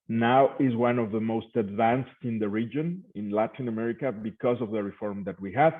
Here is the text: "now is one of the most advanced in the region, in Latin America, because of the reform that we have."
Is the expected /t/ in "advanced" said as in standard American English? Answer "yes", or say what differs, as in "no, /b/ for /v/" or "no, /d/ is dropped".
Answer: yes